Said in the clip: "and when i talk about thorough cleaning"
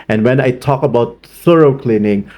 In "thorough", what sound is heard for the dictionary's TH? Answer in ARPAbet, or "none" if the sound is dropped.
S